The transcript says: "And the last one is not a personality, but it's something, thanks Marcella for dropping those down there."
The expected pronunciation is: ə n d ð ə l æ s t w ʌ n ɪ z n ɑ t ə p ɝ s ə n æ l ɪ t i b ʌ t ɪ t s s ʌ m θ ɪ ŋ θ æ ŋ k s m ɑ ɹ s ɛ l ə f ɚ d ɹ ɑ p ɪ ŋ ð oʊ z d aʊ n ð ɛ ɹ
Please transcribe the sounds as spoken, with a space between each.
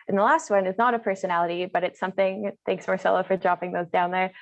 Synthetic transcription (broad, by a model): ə n ð ə l æ s t w ʌ n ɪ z n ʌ t ə p ɝ s ə n æ l ɪ t i b ʌ t ɪ t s s ʌ m θ ɪ ŋ θ æ ŋ k s m ɑ ɹ s ɛ l ə f ɚ d ɹ ɑ p ɪ ŋ ð oʊ z d aʊ n ð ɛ ɹ